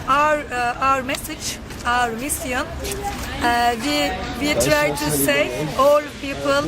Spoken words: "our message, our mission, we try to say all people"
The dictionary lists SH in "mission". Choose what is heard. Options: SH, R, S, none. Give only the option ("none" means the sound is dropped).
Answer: S